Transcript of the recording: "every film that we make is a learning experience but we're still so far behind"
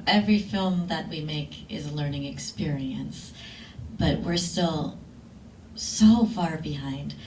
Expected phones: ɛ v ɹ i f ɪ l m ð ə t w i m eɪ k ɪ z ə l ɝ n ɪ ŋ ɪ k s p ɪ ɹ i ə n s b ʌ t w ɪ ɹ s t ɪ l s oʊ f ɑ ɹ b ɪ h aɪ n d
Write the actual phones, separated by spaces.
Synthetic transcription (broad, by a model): ɛ v ɹ i f ɪ l m ð ə t w i m eɪ k ɪ z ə l ɝ n ɪ ŋ ɪ k s p ɪ ɹ i ə n s b ʌ t w ɪ ɹ s t ɪ l s oʊ f ɑ ɹ b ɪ h aɪ n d